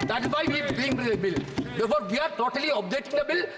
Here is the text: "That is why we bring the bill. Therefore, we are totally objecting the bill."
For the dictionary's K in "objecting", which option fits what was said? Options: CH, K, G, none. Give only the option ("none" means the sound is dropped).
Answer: none